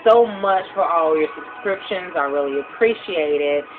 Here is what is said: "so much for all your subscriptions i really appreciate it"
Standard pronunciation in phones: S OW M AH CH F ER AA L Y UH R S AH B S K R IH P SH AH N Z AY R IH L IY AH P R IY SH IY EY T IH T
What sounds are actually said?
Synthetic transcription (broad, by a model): S OW M AH CH F ER AA L Y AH R S AH B S K R IH P SH AH N Z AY R IH L IY AH P R IY SH IY EY T IH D